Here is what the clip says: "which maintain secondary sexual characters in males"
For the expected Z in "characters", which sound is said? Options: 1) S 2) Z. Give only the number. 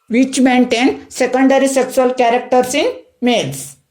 1